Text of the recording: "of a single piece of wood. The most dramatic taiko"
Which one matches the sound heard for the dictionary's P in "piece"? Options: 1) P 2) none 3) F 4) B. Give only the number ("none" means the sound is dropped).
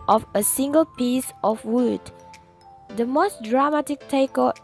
1